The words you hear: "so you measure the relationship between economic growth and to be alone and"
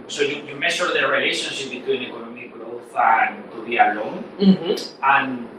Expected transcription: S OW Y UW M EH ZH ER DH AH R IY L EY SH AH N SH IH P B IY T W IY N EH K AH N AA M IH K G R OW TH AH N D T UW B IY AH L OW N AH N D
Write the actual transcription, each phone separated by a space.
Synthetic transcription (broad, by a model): S OW Y UW M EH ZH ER DH AH R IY L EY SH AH N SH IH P B IY T W IY N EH K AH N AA M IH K G R OW TH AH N T UW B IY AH L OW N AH N